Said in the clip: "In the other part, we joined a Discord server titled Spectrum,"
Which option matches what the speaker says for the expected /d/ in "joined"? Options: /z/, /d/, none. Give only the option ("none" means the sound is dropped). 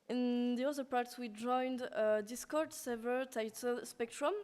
/d/